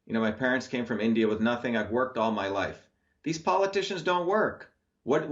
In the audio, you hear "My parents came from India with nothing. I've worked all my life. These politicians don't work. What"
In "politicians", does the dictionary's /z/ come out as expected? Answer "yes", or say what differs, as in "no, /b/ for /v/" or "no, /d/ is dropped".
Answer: yes